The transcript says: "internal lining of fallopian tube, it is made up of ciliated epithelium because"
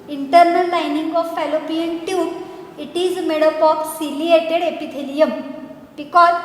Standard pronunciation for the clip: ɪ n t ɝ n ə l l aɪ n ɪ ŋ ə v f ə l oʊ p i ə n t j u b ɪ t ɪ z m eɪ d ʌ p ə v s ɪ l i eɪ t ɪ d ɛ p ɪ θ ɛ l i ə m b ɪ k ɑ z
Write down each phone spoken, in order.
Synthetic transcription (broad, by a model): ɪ n t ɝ n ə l l aɪ n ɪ ŋ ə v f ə l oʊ p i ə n t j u ɪ t ɪ z m eɪ d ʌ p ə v s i l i eɪ t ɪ d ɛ p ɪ t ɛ l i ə m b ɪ k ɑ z